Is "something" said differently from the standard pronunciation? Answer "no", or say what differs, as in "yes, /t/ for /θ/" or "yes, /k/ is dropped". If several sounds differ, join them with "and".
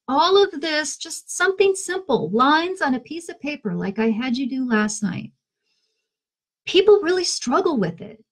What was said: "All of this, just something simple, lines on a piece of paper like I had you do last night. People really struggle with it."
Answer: no